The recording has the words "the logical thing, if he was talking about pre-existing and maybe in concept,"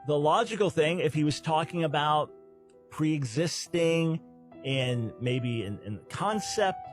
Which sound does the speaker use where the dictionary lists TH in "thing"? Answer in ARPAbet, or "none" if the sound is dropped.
TH